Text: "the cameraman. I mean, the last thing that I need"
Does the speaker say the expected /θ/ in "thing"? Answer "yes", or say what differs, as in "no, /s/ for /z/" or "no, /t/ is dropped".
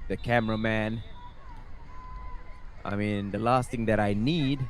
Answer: no, /t/ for /θ/